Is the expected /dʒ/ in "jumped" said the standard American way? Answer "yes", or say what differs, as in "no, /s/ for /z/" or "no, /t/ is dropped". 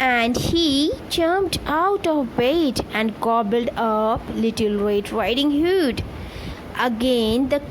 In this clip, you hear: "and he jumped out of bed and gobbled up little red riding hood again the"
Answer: no, /tʃ/ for /dʒ/